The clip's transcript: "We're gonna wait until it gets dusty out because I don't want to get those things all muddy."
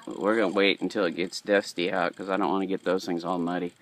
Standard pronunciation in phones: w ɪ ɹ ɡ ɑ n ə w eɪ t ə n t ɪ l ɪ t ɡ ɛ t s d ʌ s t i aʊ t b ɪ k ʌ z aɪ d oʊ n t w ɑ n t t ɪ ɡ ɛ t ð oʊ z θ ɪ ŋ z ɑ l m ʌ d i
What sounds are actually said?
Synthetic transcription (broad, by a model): w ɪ ɹ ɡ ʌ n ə w eɪ t n t ɪ l ɪ t ɡ ɛ t s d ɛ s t i aʊ t k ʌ z aɪ d oʊ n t w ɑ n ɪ ɡ ɛ t ð oʊ z θ ɪ ŋ z ɑ l m ʌ d i